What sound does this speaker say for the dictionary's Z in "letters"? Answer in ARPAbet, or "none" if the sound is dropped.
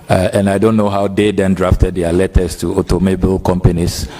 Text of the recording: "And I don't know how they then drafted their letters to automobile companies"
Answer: S